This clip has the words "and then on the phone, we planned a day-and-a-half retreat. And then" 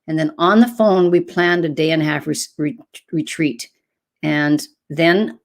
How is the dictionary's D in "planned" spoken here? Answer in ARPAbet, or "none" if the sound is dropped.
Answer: D